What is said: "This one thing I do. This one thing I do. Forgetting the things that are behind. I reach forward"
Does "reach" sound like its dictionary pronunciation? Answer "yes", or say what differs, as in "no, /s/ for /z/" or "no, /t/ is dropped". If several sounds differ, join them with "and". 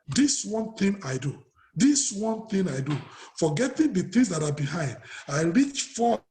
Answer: yes